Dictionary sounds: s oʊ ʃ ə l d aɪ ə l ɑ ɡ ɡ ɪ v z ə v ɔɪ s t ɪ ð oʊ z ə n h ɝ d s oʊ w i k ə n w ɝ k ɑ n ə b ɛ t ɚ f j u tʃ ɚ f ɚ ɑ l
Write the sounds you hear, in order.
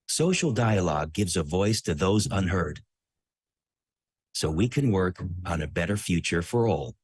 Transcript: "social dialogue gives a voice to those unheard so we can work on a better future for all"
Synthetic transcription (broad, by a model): s oʊ ʃ l d aɪ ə l ɑ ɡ ɡ ɪ v z ə v ɔɪ s t ɪ ð oʊ z ə n h ɝ d s oʊ w i k ə n w ɝ k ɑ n ə b ɛ t ɚ f j u tʃ ɚ f ɚ ɑ l